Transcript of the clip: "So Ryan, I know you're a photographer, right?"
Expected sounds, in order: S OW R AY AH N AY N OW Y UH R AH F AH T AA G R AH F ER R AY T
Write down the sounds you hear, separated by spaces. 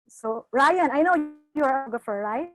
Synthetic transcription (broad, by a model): S OW R AY AH N AY N OW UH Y AH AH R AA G AH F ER R AY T